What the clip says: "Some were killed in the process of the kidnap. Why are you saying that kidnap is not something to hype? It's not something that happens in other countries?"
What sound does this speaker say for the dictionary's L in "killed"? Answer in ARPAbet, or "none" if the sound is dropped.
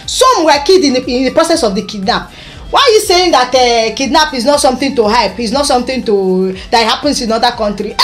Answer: none